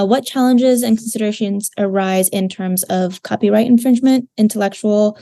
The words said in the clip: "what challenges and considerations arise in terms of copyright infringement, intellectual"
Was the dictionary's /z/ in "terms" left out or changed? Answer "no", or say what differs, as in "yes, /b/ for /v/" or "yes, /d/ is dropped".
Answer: no